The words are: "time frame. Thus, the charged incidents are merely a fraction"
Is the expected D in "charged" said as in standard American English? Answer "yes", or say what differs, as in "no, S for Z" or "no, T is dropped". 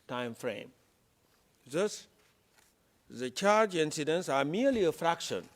no, D is dropped